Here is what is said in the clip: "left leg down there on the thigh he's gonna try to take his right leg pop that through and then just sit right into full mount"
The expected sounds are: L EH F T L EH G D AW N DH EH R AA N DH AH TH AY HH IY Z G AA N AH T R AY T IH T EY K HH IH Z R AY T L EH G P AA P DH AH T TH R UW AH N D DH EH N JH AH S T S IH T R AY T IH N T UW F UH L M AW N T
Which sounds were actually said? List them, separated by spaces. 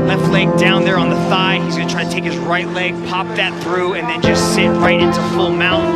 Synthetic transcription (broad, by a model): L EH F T L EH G D AW N DH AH R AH N DH AH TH AY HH IY Z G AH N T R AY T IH T EY K HH IH Z R AY T L EH G P AA P DH AH T TH R UW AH N DH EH N JH AH S T S IH T R AY T IH N T UW F UH L M AW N